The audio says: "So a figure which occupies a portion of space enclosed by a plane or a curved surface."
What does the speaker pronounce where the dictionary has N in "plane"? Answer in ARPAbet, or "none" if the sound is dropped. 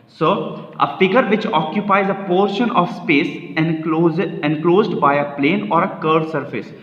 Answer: N